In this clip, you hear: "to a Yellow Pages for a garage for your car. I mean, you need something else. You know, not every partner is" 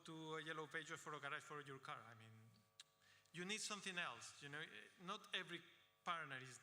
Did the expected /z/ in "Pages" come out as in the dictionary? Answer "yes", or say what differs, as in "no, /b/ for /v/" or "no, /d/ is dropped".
no, /z/ is dropped